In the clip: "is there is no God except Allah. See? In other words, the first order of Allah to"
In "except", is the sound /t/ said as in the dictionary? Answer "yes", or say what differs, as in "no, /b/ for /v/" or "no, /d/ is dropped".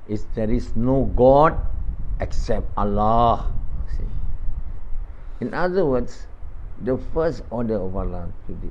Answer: yes